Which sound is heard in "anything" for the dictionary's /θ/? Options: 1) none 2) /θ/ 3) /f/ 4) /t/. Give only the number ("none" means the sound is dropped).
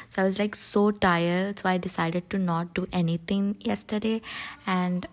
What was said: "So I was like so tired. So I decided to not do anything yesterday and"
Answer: 4